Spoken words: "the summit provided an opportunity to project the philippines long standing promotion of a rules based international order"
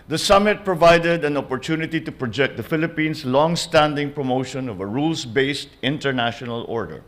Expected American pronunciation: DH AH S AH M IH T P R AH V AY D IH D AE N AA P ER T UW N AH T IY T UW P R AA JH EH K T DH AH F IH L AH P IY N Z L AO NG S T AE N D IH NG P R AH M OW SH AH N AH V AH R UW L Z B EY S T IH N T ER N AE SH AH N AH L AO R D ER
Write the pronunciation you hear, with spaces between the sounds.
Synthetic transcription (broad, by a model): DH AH S AH M IH T P R AH V AY D IH D AE N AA P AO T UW N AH T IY T UW P R AA JH EH K T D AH F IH L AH P IY N S L AO NG S T AE N D IH NG P R AH M OW SH AH N AH V AH R UW L S B EY S T IH N T ER N AE SH AH N AH L AO R D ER